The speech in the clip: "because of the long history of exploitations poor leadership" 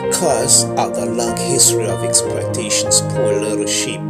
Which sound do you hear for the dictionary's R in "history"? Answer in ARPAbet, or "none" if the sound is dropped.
R